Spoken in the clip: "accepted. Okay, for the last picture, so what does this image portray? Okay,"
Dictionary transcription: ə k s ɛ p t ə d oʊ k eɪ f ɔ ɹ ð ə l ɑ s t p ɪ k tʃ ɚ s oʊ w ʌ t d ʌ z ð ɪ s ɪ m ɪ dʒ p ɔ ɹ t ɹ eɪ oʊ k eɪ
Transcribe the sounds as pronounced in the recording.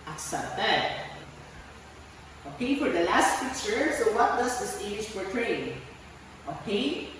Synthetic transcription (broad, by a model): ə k s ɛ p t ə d oʊ k eɪ f ɔ ɹ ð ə l ɑ s t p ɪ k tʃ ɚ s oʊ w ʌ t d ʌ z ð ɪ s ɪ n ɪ ʃ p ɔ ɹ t ɹ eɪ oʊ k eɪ